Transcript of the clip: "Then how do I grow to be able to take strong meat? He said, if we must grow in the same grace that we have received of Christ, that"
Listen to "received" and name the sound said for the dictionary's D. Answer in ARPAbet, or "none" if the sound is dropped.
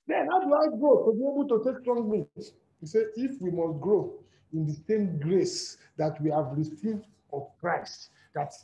D